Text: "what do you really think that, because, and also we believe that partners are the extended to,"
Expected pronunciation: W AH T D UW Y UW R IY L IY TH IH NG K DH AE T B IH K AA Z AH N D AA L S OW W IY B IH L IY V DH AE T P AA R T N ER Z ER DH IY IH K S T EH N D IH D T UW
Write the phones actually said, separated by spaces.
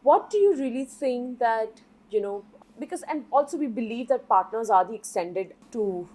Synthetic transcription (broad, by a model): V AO T D UW Y UW R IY L IY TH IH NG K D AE T B IH K AA Z AH N D AA L S OW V IY B IH L IY V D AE T P AA R T N ER Z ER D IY IH K S T EH N D IH D T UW